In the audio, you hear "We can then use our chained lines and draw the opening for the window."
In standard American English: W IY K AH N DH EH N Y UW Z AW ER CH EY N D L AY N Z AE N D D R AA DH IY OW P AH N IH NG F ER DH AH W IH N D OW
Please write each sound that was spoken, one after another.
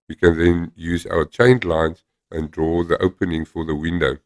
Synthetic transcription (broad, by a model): W IY K AH N DH EH N Y UW Z AW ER CH EY N D L AY N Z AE N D D R AA DH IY OW P AH N IH NG F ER DH AH W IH N D OW